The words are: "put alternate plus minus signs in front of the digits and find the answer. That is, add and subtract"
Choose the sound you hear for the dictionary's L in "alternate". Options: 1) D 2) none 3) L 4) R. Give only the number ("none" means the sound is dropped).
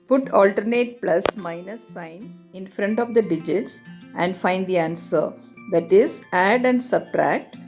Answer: 3